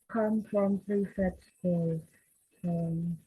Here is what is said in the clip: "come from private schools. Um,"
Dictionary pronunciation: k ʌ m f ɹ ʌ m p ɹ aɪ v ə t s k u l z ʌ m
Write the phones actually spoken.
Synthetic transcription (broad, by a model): k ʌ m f ɹ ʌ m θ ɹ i f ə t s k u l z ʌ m